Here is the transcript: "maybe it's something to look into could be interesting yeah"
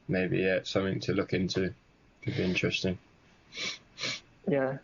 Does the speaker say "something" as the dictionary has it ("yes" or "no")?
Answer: yes